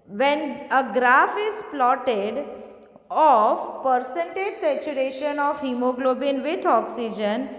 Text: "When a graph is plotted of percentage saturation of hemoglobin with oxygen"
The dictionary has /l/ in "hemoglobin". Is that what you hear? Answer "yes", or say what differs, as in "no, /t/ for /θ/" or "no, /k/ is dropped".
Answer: yes